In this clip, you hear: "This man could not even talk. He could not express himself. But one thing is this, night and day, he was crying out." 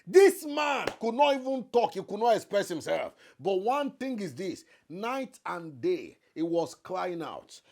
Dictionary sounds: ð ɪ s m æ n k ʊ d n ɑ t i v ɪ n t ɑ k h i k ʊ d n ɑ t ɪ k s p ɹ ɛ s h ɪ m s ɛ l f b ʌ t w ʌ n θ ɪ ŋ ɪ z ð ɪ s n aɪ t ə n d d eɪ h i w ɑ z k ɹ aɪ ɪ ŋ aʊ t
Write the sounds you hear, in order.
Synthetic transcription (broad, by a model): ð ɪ s m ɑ n k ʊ d n ɑ t i v ɪ n t ɑ k h i k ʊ d n ɑ t ɪ k s p ɹ ɛ s h ɪ m s ɛ l f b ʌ t w ʌ n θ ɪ ŋ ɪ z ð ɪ s n aɪ t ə n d d eɪ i w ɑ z k l aɪ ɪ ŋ aʊ t